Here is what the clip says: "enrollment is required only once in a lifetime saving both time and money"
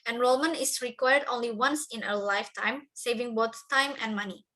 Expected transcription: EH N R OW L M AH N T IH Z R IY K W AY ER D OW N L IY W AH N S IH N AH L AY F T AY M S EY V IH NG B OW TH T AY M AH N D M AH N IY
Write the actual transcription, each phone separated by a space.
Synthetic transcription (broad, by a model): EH N R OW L M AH N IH S R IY K W AY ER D OW N L IY W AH N S IH N AH L AY F T AY M S EY V IH NG B OW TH T AY M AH N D M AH N IY